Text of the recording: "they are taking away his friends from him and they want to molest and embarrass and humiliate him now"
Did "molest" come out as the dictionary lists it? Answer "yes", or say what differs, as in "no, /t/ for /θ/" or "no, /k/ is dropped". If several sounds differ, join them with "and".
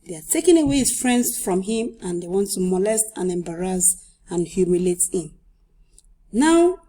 yes